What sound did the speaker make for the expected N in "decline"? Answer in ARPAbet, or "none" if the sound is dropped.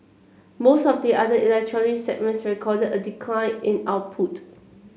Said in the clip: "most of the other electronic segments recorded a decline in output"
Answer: N